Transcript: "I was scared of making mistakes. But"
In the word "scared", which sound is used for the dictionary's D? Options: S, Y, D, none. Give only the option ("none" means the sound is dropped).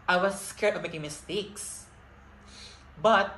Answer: none